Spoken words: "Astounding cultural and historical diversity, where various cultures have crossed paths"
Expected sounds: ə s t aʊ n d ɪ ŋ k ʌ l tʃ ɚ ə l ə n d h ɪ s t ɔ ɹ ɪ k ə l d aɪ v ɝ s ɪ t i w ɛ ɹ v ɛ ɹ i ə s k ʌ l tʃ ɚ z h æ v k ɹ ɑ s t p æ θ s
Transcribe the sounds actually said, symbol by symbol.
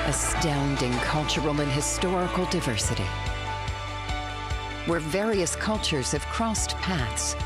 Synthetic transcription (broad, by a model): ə s t aʊ n d ɪ ŋ k ʌ l tʃ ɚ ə l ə n h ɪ s t ɔ ɹ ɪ k l d aɪ v ɝ s ɪ t i w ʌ ɹ v ɛ ɹ i ə s k ʌ l tʃ ɚ z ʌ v k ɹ ɑ s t p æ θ s